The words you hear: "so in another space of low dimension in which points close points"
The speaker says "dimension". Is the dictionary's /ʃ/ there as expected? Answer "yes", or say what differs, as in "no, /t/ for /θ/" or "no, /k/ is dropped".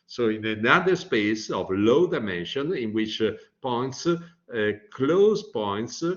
yes